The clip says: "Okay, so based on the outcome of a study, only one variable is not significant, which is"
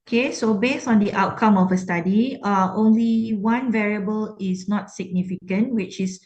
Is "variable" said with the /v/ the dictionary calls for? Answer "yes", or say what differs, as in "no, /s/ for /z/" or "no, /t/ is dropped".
yes